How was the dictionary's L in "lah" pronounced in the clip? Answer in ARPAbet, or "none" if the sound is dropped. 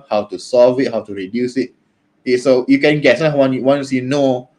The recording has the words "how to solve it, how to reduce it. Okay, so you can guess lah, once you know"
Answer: W